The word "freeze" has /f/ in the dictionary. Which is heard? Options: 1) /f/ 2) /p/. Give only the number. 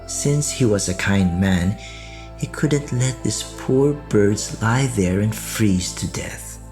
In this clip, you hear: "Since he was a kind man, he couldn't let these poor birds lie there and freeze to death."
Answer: 1